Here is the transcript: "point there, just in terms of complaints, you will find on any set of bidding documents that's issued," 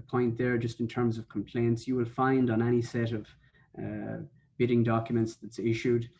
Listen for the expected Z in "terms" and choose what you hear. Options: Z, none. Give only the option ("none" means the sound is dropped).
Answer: Z